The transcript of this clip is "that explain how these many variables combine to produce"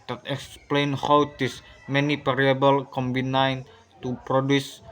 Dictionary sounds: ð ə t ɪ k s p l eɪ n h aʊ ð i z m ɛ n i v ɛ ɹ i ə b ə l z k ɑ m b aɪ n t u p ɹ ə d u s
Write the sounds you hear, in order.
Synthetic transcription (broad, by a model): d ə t ɪ k s p l eɪ n h aʊ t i s m ɛ n i p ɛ ɹ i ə b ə l k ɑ m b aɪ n t u p ɹ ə d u s